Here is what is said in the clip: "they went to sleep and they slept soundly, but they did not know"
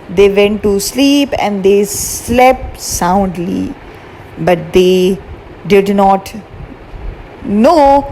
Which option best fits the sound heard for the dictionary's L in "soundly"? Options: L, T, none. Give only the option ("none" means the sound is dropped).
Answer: L